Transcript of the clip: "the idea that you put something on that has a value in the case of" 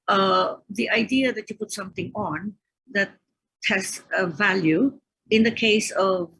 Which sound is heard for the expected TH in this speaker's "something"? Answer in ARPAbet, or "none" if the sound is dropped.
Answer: T